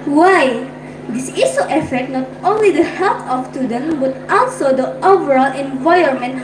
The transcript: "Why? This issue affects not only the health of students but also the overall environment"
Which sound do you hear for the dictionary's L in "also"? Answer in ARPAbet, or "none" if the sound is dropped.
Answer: L